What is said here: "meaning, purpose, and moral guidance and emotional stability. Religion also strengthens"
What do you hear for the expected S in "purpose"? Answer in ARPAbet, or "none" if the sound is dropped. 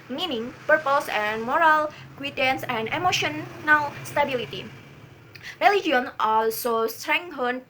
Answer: S